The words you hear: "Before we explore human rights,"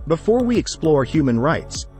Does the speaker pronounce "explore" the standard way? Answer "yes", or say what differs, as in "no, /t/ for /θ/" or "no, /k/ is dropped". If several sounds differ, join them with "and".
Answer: yes